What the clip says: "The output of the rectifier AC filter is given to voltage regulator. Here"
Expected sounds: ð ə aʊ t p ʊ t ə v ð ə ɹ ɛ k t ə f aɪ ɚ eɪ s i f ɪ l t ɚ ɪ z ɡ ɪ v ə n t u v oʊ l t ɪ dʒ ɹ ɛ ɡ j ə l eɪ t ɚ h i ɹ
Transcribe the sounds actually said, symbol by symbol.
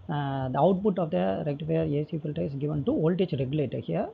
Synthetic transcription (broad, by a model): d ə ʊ t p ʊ t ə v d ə ɹ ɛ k t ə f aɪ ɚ eɪ s i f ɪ l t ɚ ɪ s ɡ ɪ v ə n t u oʊ l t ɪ tʃ ɹ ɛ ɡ j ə l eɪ t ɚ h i ɹ